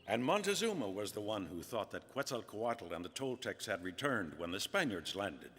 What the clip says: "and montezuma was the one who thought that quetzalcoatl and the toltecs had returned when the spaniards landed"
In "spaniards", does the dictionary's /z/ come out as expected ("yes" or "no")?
yes